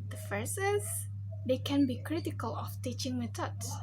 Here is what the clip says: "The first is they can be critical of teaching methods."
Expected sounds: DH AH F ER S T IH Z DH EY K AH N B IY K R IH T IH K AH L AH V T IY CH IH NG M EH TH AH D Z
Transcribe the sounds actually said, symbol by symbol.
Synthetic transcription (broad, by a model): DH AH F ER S IH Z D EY K AH N B IY K R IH T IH K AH L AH F T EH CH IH NG M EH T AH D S